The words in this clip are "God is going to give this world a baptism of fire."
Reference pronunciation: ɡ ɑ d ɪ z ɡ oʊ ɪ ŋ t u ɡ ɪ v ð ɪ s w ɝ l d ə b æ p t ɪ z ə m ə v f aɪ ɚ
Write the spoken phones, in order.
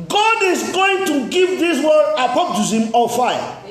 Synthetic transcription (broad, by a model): ɡ ɑ d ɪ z ɡ oʊ ɪ ŋ t u ɡ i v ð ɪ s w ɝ d ə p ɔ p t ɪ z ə m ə f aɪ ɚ